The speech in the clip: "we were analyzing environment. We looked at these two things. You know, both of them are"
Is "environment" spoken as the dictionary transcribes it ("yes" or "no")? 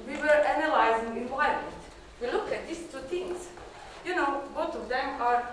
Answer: no